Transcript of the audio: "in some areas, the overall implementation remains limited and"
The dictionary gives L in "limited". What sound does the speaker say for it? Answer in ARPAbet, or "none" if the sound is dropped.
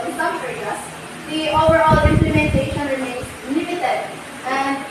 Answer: N